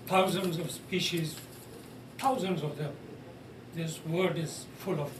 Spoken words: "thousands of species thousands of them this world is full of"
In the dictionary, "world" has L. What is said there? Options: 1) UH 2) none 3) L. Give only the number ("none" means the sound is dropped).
2